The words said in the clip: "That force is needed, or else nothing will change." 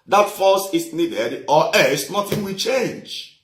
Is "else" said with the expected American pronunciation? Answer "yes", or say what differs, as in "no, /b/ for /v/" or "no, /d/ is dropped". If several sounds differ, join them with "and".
no, /l/ is dropped